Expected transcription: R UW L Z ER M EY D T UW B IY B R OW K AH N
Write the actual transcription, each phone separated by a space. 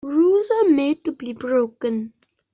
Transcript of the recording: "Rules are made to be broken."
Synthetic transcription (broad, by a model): R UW Z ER M EY D T UW B IY B R OW K AH N